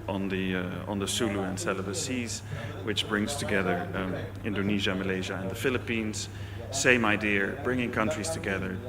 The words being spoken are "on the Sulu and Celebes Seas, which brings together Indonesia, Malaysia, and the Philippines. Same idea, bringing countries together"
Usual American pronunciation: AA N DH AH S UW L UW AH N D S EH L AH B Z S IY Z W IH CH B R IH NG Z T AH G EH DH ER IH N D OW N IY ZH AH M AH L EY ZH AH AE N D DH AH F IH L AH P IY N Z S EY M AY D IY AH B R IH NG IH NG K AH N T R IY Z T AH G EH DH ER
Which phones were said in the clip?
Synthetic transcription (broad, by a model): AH N DH AH S UW L UW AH N S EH L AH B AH S IY Z W IH CH B R IH NG Z T AH G EH DH ER IH N D OW N IY ZH AH M AH L EY ZH AH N DH AH F IH L AH P IY N Z S EY M AY D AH B R IH NG IH NG K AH N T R IY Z T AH G EH DH ER